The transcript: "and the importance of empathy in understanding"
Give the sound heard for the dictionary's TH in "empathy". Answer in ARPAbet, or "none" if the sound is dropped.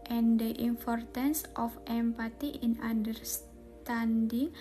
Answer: T